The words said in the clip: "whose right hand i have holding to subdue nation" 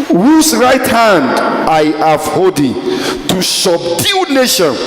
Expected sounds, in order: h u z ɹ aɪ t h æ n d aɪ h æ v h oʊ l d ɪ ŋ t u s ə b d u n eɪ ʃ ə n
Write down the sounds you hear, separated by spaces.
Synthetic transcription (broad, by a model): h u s ɹ aɪ t h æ n d aɪ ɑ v h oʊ d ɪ t u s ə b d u n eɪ ʃ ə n